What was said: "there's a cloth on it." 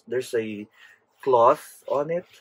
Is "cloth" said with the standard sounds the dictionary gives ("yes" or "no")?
yes